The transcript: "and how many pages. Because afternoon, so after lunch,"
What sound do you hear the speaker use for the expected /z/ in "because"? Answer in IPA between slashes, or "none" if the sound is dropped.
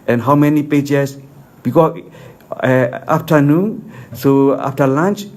none